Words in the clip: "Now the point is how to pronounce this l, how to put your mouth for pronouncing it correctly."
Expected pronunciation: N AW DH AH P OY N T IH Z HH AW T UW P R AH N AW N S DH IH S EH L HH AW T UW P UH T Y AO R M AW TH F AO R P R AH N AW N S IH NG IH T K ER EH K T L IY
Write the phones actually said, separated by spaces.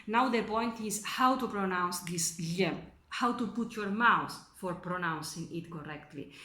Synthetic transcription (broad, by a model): N AW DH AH P OY N T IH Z HH AW T UW P R AH N AW N S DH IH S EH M HH AW T UW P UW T Y AO R M AW S F AO R P R AH N AW N S IH NG IH T K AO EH K T L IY